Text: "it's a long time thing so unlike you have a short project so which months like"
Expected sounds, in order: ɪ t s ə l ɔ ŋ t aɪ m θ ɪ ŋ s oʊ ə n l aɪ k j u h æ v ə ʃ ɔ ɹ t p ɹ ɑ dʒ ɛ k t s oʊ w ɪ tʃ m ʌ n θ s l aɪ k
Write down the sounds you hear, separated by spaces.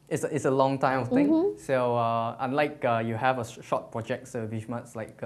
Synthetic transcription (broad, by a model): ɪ t s ə l ɔ ŋ t aɪ m f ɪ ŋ s oʊ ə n l aɪ k j u h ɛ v ə ʃ ɔ t p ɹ ɑ dʒ ɛ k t s oʊ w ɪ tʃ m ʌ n t s l aɪ k